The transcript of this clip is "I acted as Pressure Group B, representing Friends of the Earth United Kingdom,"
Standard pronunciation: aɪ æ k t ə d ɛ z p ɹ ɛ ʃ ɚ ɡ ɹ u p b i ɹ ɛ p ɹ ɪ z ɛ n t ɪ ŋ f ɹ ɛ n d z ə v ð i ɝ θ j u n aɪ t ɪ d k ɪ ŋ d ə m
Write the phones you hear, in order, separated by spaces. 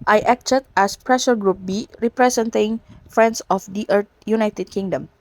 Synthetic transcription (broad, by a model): aɪ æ k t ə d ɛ s p ɹ ɛ ʃ ɚ ɡ ɹ u p b i ɹ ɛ p ɹ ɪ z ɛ n t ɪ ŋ f ɹ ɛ n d s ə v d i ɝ t j u n aɪ t ɪ d k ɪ ŋ d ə m